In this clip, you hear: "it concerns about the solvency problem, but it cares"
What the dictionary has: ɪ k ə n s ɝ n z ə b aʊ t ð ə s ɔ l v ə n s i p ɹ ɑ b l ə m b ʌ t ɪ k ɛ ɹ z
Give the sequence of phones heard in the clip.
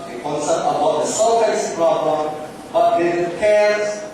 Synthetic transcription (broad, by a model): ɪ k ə n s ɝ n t ə b aʊ t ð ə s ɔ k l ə s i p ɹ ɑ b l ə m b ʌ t ɪ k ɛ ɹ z